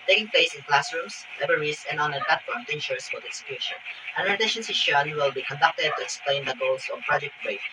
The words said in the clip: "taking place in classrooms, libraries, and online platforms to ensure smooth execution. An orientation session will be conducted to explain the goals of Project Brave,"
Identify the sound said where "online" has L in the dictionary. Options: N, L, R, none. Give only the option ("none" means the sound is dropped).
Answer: none